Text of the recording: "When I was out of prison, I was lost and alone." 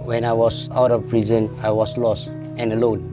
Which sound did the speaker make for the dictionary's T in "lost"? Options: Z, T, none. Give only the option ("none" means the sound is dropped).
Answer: T